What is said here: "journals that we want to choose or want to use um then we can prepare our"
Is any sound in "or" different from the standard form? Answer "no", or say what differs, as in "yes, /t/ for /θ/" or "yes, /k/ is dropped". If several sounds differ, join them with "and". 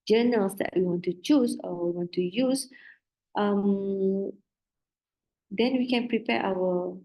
yes, /w/ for /ɹ/